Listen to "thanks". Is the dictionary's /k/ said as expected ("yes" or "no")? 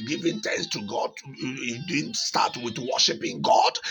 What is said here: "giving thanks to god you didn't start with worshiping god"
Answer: no